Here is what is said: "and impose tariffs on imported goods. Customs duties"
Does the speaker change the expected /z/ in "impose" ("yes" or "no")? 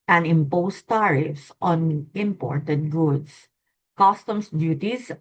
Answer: yes